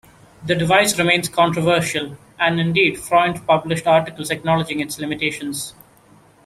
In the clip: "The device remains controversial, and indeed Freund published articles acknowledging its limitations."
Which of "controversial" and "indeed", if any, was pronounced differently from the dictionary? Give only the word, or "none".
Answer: none